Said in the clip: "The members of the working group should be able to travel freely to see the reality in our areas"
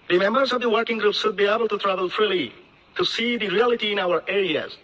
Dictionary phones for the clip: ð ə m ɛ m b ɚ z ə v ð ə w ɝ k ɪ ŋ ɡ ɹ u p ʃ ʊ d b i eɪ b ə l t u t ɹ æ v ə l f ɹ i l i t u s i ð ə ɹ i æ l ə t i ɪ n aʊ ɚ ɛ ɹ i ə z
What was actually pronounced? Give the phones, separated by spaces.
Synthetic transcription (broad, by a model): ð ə m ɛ m b ɚ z ə v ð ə w ɝ k ɪ ŋ ɡ ɹ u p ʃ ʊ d b i eɪ b ə l t u t ɹ æ v ə l f ɹ i l i t u s i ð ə ɹ i æ l ə t i ɪ n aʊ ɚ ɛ ɹ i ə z